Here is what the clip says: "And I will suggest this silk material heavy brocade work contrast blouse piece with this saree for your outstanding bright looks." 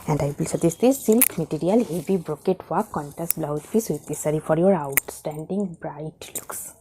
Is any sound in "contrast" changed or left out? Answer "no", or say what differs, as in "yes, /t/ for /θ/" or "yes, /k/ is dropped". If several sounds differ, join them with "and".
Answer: yes, /ɹ/ is dropped